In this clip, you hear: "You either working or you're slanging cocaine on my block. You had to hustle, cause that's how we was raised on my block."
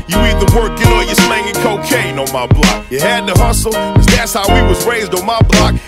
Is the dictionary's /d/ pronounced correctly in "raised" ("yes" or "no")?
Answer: yes